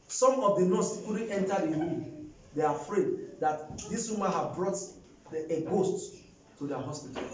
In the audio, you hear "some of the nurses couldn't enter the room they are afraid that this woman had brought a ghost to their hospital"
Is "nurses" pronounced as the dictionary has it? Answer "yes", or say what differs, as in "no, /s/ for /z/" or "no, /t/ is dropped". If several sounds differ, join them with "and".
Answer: no, /z/ is dropped